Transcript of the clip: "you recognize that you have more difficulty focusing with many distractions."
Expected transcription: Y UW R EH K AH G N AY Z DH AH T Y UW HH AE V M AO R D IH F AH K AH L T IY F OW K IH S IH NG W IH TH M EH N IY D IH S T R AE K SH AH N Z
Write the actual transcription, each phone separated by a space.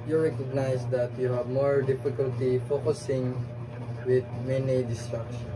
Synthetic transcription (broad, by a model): Y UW R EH K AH G N AY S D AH T Y UW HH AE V M AO R D IH F AH K AH L T IY F OW K IH S IH NG W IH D M EH N IY D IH S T R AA K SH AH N